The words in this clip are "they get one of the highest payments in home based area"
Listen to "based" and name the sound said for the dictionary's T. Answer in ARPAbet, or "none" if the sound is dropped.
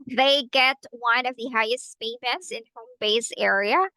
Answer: none